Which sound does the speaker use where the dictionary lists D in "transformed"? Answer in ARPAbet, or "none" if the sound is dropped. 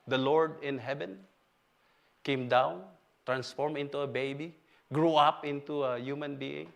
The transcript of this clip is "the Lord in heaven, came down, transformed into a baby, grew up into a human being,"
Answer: none